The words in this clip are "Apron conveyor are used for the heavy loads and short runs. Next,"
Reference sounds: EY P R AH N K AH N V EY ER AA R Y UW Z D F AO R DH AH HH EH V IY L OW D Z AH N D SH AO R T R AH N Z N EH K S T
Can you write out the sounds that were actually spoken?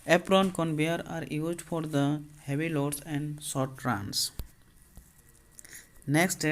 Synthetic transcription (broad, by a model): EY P R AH N K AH N B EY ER AA R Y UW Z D F AO R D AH HH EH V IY L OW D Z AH N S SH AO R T R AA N S N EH K S T